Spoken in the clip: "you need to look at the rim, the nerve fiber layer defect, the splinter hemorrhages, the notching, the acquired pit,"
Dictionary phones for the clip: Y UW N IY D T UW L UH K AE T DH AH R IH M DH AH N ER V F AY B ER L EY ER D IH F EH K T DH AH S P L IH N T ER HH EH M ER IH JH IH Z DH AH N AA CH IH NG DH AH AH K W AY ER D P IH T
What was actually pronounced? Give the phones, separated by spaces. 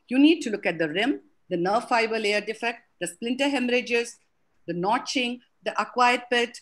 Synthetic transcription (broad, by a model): Y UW N IY D T UW L UH K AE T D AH R IH M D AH N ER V F AY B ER L EY ER D IH F EH K T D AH S P L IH N T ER HH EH M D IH JH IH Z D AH N AA CH IH NG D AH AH K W AY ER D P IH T